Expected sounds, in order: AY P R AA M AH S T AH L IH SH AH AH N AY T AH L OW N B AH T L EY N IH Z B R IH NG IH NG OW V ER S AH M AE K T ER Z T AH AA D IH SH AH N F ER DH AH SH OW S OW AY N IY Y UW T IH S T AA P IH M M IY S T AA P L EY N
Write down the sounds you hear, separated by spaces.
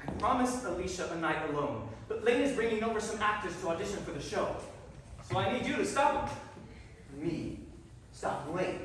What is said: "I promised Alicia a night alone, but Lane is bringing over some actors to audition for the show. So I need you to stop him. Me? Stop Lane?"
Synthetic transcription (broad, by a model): P R AA M AH S T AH L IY SH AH AH N AY T AH L OW N B AH T L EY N IH Z B R IH NG IH NG OW V ER S AH M AE K T ER Z T AH AA D IH SH AH N F ER DH AH SH OW S OW AY N IY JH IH T IH S T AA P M M IY S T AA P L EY